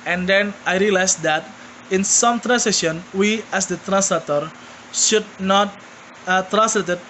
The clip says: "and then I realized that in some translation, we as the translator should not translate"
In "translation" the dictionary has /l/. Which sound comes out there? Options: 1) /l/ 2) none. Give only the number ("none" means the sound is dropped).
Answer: 2